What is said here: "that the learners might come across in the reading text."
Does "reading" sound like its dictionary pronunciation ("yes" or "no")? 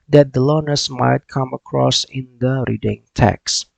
yes